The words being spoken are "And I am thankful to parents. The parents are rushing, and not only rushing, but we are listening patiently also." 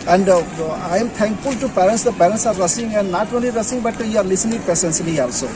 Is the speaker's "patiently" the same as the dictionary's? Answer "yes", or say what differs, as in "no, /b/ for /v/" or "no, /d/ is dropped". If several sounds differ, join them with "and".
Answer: no, /s/ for /ʃ/ and /s/ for /t/